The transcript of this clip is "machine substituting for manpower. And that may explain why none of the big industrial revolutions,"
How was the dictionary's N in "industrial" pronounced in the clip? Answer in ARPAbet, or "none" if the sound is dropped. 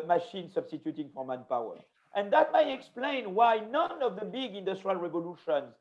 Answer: N